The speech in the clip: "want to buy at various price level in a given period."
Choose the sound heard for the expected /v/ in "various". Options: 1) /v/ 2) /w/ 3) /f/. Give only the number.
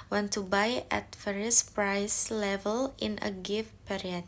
3